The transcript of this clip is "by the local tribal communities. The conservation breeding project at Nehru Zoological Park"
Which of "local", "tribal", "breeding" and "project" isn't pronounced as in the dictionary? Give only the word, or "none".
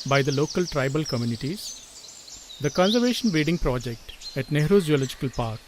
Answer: breeding